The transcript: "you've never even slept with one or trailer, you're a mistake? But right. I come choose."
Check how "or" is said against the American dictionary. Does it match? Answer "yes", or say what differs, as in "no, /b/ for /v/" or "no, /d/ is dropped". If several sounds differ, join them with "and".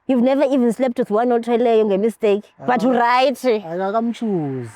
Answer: no, /l/ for /ɹ/